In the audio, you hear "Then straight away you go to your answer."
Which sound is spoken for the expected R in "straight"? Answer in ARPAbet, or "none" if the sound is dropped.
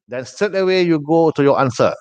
none